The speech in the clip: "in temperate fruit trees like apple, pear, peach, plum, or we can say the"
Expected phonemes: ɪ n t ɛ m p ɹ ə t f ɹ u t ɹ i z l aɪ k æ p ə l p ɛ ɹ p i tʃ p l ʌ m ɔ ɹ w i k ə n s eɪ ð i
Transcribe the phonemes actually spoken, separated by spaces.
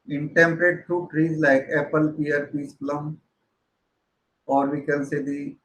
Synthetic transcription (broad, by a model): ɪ n t ɛ m p ɹ ə t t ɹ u t ɹ i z l aɪ k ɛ p ə l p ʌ ɹ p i s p l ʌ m ɔ ɹ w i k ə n s eɪ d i